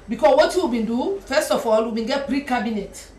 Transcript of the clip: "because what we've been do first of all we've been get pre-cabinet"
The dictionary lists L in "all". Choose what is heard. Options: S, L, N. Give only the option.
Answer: L